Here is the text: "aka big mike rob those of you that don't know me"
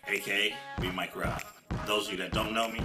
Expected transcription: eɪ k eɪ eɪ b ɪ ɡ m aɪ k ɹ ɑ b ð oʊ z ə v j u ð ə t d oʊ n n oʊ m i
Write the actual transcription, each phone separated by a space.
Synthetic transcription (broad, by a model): eɪ k eɪ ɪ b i m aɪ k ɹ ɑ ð oʊ ə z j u ð ə t d oʊ n n oʊ m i